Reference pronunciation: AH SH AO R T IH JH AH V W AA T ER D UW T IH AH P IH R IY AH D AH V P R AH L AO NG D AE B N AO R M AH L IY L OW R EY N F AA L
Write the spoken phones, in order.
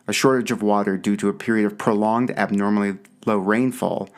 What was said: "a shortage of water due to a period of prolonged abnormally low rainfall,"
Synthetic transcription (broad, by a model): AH SH AO R T IH JH AH V W AA T ER D UW T IH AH P IH R IY AH D AH V P R AH L AO NG D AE B N AO R M L IY L OW R EY N F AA L